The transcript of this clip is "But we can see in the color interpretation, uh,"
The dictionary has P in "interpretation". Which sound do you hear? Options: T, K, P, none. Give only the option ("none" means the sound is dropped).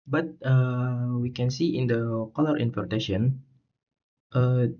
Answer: none